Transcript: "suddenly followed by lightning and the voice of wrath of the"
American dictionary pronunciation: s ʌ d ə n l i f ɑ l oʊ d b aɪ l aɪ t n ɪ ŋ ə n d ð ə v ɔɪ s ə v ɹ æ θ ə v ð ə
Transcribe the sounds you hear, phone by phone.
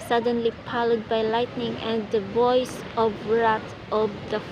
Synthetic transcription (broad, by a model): s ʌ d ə n l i p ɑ l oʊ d b aɪ l aɪ t n ɪ ŋ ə n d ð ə v ɔɪ s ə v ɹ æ t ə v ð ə